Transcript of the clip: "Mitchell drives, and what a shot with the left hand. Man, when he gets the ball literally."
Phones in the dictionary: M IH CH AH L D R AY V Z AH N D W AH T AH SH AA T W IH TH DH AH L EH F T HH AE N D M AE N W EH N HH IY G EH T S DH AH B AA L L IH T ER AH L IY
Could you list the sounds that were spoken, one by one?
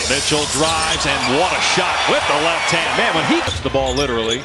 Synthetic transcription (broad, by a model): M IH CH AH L D R AY V Z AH N W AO T AH SH AA T W IH DH AH L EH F T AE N M AE N W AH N HH IY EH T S DH AH B AA L L IH T ER L IY